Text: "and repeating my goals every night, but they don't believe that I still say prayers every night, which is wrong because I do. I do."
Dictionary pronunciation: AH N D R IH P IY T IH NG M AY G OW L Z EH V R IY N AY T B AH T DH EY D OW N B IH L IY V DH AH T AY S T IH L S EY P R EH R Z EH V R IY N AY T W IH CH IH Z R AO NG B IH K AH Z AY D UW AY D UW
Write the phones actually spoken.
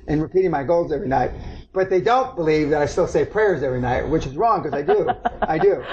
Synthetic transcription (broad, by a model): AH N R IH P IY T IH NG M AY G OW L Z EH V R IY N AY T B AH T DH EY D OW N B IH L IY V DH AH T AY S T IH L S EY P R EH R Z EH V R IY N AY T W IH CH IH Z R AO NG K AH Z AY D UW AY D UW